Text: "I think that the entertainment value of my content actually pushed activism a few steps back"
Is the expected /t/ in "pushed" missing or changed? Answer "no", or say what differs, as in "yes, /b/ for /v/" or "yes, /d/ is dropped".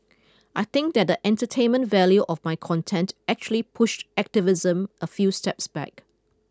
no